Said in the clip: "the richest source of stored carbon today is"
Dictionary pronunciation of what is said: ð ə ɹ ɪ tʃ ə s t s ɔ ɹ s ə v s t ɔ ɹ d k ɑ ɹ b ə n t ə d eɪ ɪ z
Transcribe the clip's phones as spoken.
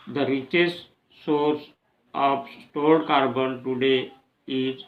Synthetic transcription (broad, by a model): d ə ɹ ɪ tʃ ə s t s ɔ ɹ s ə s s t ɔ l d k ɑ ɹ b ə n t ə d eɪ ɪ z